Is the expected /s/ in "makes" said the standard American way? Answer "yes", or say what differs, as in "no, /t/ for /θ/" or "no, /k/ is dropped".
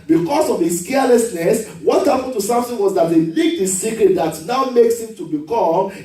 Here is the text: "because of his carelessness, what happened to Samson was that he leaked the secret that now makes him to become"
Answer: yes